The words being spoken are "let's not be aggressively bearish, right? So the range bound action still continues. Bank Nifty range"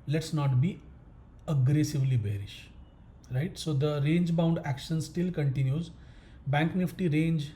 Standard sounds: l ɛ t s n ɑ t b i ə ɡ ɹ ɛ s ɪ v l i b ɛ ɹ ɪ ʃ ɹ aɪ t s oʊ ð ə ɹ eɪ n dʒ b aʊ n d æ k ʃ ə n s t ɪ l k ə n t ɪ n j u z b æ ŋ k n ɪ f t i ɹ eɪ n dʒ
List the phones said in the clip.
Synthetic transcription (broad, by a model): l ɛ t s n ɑ t b i ə ɡ ɹ ɛ s ɪ v l i b ɛ ɹ ɪ ʃ ɹ aɪ t s oʊ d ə ɹ eɪ n dʒ b aʊ n d æ k ʃ ə n s t ɪ l k ə n t ɪ n j u z b æ ŋ k n ɪ f t i ɹ eɪ n dʒ